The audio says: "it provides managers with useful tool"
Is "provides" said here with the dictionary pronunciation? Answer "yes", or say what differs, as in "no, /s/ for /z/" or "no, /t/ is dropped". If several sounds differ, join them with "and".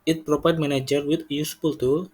no, /p/ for /v/ and /z/ is dropped